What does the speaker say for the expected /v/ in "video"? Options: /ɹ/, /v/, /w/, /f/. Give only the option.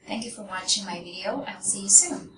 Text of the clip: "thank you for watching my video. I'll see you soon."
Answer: /v/